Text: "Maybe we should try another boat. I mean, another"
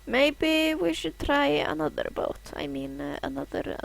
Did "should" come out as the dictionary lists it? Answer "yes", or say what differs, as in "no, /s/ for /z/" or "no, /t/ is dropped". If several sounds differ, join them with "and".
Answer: yes